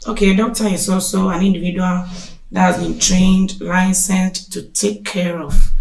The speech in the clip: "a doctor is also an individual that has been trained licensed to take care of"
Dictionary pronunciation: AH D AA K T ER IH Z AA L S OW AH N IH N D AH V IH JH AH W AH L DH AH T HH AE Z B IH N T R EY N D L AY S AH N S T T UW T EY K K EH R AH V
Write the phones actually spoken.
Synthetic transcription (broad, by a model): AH D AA K T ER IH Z AA L S OW AH N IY N D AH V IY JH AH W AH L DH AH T HH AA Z B IH N T R EY N D L AY S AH N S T T UW T EY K K EH R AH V